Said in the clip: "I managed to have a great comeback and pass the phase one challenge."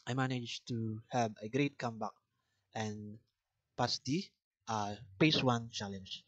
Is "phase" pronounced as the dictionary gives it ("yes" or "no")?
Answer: no